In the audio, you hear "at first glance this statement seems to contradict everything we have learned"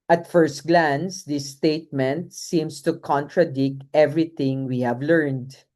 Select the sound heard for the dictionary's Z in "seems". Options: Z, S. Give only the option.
S